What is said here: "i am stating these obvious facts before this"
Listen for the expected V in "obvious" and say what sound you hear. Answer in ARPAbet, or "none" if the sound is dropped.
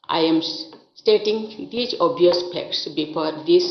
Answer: none